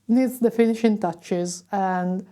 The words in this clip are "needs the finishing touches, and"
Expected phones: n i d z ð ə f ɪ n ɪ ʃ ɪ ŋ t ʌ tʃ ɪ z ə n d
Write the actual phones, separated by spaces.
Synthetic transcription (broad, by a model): n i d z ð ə f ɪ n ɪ ʃ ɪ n t ʌ tʃ ɪ z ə n d